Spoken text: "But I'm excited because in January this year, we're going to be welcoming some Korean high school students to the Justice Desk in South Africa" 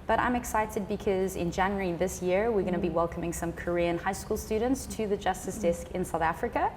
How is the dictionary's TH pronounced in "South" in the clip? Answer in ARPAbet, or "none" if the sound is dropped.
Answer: TH